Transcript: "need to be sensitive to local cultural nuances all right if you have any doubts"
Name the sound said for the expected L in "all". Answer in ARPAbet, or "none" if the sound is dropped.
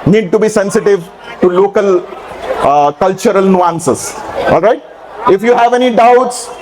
L